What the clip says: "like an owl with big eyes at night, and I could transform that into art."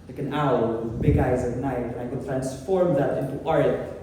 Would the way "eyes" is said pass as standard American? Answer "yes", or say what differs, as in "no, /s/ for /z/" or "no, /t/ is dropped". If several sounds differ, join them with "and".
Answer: yes